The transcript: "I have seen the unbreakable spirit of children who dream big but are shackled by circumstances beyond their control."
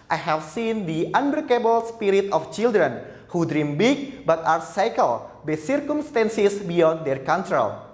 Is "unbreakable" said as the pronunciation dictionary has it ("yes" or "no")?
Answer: no